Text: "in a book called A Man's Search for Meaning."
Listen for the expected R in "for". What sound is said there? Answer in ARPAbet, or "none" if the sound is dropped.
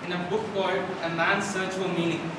L